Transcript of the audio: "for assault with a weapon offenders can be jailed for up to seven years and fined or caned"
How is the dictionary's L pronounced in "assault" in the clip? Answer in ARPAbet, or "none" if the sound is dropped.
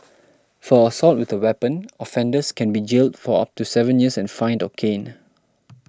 L